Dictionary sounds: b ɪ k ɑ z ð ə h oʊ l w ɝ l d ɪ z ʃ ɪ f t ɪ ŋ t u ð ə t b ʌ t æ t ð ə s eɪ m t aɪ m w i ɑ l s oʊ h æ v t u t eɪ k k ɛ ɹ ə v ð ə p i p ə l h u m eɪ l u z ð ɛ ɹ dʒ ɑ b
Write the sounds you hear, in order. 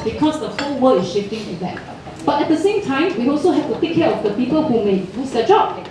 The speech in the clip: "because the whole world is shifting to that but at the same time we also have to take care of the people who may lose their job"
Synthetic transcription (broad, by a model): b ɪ k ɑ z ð ə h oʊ w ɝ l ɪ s ʃ ɪ f t ɪ ŋ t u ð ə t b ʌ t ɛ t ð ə s eɪ m t aɪ m w i ɑ l s oʊ h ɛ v t u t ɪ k k ɛ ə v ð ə p i p ə l h u m eɪ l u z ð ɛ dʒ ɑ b